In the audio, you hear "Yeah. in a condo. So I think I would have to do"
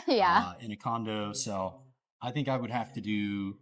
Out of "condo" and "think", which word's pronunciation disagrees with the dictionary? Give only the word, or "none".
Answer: none